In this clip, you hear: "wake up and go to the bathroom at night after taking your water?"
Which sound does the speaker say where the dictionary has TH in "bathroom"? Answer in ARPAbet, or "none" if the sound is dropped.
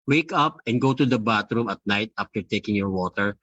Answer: T